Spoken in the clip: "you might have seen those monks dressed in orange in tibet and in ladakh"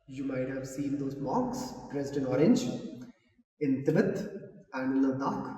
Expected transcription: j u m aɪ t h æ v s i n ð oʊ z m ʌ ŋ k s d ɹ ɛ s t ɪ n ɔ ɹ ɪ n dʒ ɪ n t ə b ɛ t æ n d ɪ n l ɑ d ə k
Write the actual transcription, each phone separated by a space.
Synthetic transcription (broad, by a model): j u m aɪ t h æ v s i n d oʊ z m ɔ k s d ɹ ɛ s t ɪ n ɔ ɹ ɪ n dʒ ɪ n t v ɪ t æ n d ɪ n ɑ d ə k